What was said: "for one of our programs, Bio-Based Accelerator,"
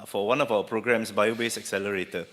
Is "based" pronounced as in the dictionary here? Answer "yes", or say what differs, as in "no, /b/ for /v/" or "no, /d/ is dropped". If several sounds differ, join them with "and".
no, /t/ is dropped